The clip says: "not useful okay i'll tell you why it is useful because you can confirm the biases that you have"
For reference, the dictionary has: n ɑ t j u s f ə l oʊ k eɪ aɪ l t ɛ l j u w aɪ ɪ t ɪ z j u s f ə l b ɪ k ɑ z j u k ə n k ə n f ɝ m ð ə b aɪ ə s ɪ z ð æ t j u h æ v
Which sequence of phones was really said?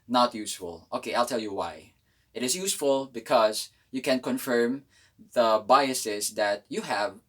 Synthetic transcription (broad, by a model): n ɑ t j u s f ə l oʊ k eɪ aɪ l t ɛ l j u w aɪ ɪ t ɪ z j u s f ə l b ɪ k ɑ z j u k ə n k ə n f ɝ m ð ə b aɪ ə s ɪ s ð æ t j u h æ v